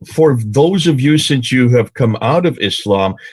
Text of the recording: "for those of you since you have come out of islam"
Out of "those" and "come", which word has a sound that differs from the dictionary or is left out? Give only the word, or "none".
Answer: none